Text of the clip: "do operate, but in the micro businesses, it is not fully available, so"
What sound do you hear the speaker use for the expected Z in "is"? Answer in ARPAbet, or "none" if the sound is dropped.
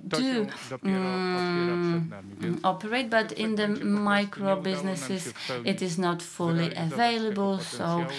Z